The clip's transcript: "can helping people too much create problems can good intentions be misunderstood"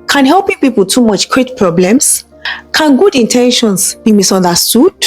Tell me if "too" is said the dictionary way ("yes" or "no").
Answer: yes